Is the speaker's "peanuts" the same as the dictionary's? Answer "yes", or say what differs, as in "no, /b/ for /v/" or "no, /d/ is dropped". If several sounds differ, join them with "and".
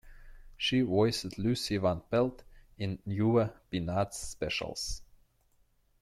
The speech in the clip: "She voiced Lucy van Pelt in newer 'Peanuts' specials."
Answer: no, /b/ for /p/